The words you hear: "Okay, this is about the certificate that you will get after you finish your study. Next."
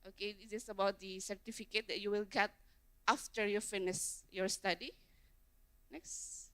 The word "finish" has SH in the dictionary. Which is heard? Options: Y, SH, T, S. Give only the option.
S